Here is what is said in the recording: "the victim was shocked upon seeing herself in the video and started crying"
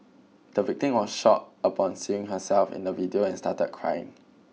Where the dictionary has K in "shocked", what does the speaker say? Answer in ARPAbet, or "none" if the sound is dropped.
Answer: none